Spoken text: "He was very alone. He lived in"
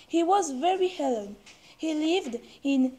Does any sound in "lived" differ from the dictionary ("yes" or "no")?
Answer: no